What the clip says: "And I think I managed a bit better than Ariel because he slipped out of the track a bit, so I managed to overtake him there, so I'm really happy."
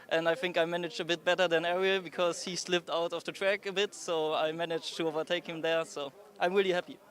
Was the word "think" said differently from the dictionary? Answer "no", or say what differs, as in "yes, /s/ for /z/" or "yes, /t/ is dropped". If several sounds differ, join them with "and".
no